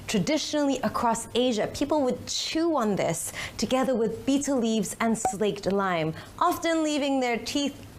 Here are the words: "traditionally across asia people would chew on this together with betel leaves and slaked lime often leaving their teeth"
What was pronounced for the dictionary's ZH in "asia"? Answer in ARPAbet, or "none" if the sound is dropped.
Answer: ZH